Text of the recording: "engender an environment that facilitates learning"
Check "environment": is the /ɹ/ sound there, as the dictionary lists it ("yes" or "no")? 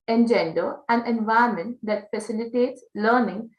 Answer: no